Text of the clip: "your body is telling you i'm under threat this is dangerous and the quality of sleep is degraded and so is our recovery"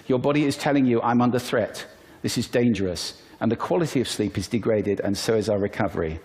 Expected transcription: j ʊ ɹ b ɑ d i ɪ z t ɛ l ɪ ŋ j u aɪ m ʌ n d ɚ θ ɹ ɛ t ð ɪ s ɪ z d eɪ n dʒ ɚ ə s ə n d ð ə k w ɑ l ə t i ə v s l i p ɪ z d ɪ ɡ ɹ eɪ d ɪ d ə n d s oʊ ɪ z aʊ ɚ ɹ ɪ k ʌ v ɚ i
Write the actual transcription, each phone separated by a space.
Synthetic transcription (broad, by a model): j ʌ ɹ b ɑ d i ɪ z t ɛ l ɪ ŋ j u aɪ m ʌ n d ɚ θ ɹ ɛ t ð ɪ s ɪ z d eɪ n dʒ ɚ ə s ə n ð ə k w ɑ l ə t i ə v s l i p ɪ z d ɪ ɡ ɹ eɪ d ɪ d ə n s oʊ ɪ z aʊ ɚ ɹ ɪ k ʌ v ɚ i